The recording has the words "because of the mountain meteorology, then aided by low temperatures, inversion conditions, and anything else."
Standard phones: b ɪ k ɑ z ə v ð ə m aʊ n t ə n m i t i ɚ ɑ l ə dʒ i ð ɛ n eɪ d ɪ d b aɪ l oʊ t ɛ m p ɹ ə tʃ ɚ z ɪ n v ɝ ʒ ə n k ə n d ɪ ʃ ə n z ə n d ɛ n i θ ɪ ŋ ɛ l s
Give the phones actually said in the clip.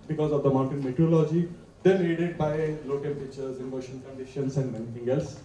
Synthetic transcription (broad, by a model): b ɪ k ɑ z ə v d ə m aʊ n t ə n m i t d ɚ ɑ l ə dʒ i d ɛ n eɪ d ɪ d b aɪ l oʊ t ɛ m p ə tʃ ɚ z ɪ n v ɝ ʃ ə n k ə n d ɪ ʃ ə n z ə n d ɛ n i t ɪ ŋ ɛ l s